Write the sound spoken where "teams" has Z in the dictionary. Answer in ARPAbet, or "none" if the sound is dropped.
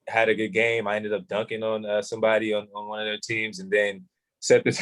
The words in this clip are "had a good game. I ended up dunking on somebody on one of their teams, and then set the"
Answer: Z